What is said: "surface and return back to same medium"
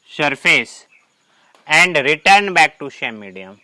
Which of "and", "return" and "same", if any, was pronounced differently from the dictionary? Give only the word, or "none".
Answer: same